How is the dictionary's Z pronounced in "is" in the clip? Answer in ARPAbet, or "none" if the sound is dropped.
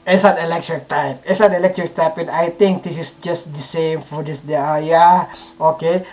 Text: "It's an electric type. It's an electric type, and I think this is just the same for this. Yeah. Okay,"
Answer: S